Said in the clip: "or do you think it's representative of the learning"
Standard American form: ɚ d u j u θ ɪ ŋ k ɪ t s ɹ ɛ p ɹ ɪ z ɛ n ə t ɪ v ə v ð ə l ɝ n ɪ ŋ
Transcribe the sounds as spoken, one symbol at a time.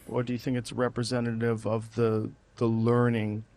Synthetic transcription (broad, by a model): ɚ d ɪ j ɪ θ ɪ ŋ k ɪ t s ɹ ɛ p ɹ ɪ z ɛ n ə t ɪ v ə v ð ə l ɝ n ɪ ŋ